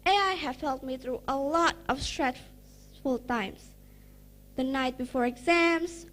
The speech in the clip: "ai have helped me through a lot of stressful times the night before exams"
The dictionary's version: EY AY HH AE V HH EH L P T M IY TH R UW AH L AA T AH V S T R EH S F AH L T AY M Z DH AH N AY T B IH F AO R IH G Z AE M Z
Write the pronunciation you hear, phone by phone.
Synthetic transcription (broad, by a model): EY AY HH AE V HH EH L T M IY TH R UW AH L AA T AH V S T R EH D F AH L T AY M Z DH AH N AY T B IH F AO R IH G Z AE M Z